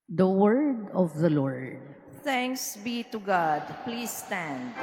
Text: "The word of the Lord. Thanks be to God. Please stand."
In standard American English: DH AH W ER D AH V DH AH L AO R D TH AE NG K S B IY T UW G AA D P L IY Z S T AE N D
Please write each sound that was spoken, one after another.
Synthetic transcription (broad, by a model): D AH W ER D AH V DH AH L AO R D T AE NG K S B IY T UW G AA D P L IY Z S T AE N D